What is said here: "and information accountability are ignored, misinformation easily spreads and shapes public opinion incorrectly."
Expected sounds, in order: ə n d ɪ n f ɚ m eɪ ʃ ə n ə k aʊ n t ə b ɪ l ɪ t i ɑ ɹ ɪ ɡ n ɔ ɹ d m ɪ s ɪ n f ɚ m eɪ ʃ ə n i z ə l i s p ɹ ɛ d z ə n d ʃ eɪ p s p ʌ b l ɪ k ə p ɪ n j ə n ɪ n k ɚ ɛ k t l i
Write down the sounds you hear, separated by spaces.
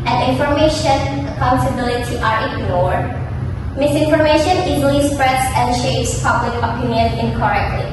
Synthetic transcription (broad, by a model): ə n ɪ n f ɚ m eɪ ʃ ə n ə k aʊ n t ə b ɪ l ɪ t i ɑ ɹ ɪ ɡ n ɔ ɹ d m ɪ s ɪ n f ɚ m eɪ ʃ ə n i z ə l i s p ɹ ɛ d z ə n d ʃ eɪ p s p ʌ b l ɪ k ə p ɪ n j ə n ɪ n k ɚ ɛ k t l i